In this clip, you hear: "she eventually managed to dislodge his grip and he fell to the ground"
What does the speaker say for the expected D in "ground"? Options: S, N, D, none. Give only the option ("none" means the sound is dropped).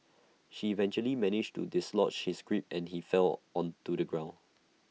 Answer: none